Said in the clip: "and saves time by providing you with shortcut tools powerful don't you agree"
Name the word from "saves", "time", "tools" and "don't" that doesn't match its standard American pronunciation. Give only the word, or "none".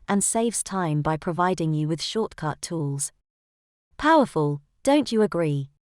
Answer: none